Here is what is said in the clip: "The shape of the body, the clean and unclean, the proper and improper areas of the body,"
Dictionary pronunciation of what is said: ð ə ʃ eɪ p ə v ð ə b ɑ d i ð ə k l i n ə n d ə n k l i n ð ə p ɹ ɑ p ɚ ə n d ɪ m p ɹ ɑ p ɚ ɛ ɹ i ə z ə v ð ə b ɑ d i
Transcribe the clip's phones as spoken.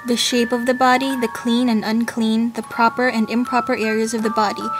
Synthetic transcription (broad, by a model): ð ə ʃ eɪ p ə v ð ə b ɑ d i ð ə k l i n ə n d ə n k l i n ð ə p ɹ ɑ p ɚ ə n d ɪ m p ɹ ɑ p ɚ ɛ ɹ i ə z ə v ð ə b ɑ d i